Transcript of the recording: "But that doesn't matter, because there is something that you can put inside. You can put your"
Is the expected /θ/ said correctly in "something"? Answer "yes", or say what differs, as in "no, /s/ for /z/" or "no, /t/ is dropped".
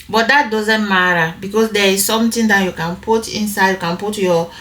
no, /t/ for /θ/